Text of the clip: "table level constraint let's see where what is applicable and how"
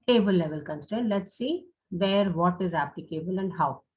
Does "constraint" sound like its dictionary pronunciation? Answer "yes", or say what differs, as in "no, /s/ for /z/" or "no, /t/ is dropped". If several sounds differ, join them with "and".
no, /ɹ/ is dropped